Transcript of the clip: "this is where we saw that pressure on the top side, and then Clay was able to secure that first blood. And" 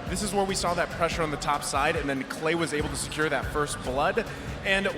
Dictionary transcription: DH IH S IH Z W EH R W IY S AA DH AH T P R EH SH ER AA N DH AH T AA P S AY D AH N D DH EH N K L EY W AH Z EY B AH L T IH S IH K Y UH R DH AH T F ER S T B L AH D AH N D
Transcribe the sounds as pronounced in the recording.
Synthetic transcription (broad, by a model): DH IH S IH Z W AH R W IY S AA DH AH T P R EH SH ER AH N DH AH T AA P S AY D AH N DH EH N K L EY W AH Z EY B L T IH S IH K Y UH R DH AH T F ER S T B L AH D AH N